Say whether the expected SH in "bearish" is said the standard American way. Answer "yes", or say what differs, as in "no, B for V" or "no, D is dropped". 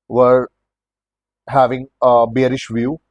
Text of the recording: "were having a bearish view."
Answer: yes